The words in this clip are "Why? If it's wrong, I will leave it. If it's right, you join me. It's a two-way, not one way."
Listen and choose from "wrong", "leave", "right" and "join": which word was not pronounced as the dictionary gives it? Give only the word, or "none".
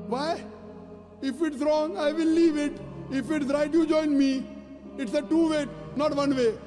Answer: none